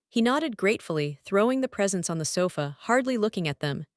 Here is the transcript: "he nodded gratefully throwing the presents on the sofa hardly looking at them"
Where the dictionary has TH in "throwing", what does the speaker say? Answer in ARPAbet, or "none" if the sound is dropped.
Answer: TH